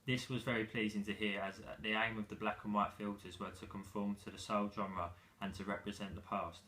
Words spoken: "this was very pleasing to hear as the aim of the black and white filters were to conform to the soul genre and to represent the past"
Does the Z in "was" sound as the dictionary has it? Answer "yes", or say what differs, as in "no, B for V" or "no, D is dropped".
yes